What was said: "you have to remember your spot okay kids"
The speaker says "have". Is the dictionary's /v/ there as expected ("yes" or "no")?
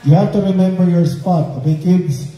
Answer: no